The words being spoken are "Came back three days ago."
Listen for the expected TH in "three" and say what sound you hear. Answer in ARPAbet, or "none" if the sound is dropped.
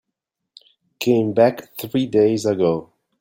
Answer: TH